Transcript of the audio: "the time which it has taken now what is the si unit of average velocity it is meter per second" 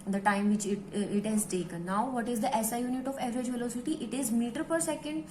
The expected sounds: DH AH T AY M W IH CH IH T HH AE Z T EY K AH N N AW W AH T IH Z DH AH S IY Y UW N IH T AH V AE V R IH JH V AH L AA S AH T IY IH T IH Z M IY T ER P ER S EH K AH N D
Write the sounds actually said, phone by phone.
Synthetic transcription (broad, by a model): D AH T AY M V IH CH IH T HH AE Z T EY K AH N N AW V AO T IH Z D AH S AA Y UW N IH T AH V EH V R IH JH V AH L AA S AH T IY IH T IH Z M IY T ER P ER S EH K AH N D